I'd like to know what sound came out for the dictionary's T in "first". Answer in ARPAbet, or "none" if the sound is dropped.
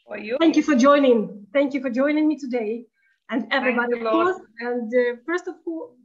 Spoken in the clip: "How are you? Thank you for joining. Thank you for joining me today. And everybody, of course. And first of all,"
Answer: T